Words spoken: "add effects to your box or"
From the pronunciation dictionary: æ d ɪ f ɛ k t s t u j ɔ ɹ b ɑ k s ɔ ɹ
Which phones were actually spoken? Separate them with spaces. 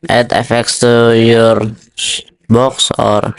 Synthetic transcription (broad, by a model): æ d ɪ f ɛ k t s t u j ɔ ɹ b ɑ k s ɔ ɹ